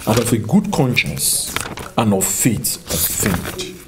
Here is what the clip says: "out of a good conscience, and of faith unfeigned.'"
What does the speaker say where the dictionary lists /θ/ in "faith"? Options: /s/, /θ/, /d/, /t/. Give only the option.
/t/